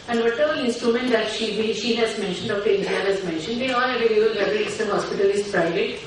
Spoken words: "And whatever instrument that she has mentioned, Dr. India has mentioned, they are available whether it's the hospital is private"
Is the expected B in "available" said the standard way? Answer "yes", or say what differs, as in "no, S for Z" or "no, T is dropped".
no, B is dropped